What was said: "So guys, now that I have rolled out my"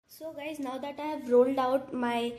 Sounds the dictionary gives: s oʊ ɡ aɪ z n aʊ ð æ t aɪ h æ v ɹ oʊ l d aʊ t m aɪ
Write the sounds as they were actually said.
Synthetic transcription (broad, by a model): s oʊ ɡ aɪ z n aʊ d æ t aɪ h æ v ɹ oʊ l d aʊ t m aɪ